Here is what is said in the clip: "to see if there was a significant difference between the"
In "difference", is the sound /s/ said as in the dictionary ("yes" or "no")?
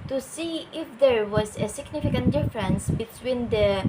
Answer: yes